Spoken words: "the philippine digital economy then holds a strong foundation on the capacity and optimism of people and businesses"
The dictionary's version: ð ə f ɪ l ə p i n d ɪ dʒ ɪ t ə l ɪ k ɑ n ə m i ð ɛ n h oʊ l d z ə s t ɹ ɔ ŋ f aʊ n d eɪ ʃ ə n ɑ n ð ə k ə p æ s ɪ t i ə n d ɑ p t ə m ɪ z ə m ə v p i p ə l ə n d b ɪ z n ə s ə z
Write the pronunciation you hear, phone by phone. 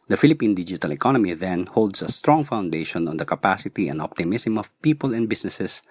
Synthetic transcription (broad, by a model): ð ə f ɪ l ə p i n d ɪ dʒ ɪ t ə l ɪ k ɑ n ə m i ð ɛ n h oʊ l d s ə s t ɹ ɔ ŋ f aʊ n d eɪ ʃ ə n ɑ n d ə k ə p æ s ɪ t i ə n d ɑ p t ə m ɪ s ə m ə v p i p ə l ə n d b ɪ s n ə s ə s